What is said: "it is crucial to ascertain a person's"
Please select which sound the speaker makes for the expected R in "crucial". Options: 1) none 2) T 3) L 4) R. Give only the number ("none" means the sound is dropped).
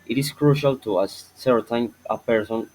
4